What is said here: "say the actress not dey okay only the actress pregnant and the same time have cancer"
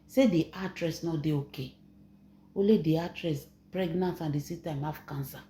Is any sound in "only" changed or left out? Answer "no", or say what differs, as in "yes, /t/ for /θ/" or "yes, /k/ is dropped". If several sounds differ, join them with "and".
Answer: yes, /n/ is dropped